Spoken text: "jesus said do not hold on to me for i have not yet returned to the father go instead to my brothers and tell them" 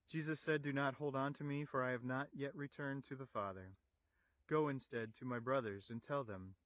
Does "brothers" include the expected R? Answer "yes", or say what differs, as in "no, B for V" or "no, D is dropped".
yes